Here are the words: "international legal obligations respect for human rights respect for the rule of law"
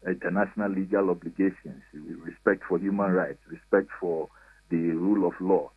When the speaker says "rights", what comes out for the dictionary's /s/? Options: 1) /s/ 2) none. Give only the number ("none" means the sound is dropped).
1